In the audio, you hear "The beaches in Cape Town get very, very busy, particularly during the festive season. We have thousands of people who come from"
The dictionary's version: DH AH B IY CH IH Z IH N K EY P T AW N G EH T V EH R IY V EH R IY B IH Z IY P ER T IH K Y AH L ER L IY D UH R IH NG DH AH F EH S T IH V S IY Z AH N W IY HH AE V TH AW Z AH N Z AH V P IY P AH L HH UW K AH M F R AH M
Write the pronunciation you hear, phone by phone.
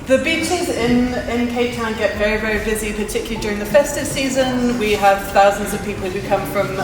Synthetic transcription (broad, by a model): DH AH B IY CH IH Z IH N K EY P T AW N G EH T V EH R IY V EH R IY B IH Z IY P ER T IH K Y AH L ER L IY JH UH R IH NG DH AH F EH S T IH V S IY Z AH N W IY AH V TH AW Z AH N Z AH V P IY P AH L HH UW K AH M F R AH M